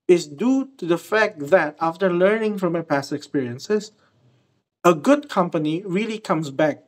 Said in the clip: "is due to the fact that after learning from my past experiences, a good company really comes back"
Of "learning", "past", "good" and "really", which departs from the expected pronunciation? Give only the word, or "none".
none